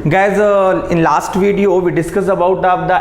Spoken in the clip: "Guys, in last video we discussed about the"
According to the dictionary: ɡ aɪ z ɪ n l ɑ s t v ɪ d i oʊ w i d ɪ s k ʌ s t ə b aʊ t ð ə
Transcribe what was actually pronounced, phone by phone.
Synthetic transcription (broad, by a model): ɡ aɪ z ɪ n l ɑ s t v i d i oʊ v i d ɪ s k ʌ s ə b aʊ t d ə